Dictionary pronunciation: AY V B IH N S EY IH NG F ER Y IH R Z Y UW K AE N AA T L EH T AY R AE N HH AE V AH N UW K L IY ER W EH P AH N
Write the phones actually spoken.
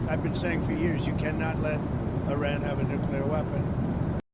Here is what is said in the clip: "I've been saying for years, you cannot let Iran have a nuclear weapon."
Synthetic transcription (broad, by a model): AY V B IH N S EY IH NG F ER Y IH R Z Y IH K AE N AA T L EH T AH R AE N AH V AH N UW K L IY ER W EH P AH N